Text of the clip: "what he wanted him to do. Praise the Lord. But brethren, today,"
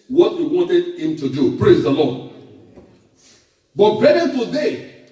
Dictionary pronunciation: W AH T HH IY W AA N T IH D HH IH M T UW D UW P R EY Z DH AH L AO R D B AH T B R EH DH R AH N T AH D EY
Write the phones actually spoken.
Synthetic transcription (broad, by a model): W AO T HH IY W AA N T IH D HH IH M T UW D UW P R EY Z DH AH L AO D B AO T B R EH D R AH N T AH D EY